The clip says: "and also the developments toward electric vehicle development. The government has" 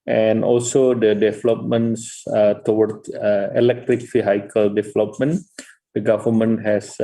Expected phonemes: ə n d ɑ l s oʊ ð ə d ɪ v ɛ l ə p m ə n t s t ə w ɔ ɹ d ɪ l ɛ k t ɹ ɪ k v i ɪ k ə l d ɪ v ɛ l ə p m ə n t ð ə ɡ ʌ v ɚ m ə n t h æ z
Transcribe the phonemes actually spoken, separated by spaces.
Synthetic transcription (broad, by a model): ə n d ɑ l s oʊ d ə d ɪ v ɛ l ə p m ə n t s t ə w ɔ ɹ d ɪ l ɛ k t ɹ ɪ k f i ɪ k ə l d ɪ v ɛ l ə p m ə n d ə ɡ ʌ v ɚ m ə n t h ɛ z